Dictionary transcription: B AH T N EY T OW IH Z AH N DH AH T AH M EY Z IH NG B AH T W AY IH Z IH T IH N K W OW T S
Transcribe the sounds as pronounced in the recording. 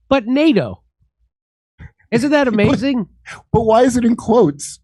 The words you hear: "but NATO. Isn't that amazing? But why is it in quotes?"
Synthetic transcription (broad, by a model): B AH T N EY T OW IH Z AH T DH AH T AH M EY Z IH NG B AH T W AY IH Z IH T IH N K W OW T S